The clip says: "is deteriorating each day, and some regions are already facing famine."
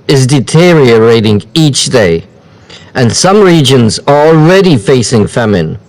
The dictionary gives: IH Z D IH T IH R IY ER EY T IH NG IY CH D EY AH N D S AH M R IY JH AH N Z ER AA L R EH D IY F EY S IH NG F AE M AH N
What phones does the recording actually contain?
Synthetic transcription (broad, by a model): IH Z D IH T IH R IY ER EY T IH NG IY CH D EY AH N S AH M R IY JH AH N Z ER AA L R EH D IY F EY S IH NG F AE M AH N